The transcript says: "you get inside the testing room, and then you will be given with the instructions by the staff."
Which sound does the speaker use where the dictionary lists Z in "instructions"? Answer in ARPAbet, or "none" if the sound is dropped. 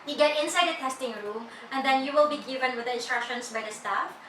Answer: S